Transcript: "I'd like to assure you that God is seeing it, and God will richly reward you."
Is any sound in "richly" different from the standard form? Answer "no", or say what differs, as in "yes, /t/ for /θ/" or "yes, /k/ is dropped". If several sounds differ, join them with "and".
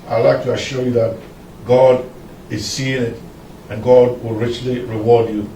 no